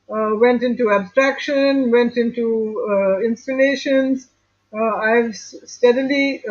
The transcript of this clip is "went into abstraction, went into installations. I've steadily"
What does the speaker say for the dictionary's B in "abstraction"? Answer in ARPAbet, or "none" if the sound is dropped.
B